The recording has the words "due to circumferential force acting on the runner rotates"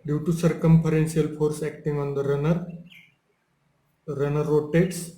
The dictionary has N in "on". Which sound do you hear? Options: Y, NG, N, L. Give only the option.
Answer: N